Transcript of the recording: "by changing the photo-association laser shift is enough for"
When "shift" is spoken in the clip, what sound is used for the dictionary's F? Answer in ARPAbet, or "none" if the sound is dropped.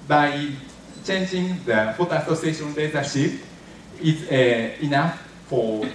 P